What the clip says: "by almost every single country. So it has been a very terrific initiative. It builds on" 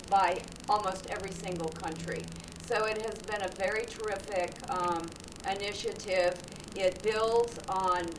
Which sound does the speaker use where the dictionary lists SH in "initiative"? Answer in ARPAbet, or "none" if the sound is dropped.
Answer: SH